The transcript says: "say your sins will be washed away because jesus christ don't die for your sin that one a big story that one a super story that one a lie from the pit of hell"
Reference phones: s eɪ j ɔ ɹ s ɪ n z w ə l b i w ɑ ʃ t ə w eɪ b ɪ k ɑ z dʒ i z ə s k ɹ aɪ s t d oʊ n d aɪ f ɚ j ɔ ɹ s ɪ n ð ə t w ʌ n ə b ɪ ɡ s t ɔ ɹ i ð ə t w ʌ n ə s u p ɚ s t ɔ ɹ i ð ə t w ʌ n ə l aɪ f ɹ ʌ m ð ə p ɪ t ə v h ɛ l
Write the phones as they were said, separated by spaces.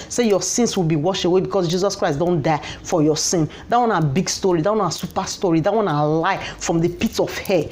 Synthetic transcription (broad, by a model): s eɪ j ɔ s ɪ n s w ə l b i w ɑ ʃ ə w eɪ b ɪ k ɑ s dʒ i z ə s k ɹ aɪ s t d oʊ n d aɪ f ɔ j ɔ s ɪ n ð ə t w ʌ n ə b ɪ ɡ s t ɔ ɹ i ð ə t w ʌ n ə s u p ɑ s t ɔ ɹ i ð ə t w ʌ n ə l aɪ f ɹ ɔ m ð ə p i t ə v h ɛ